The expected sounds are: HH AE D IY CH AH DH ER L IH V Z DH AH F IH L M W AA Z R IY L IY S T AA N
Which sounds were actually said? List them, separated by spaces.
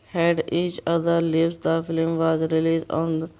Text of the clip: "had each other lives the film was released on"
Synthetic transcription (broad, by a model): HH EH D IY CH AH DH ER L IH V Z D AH F IH L M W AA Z R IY L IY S AA N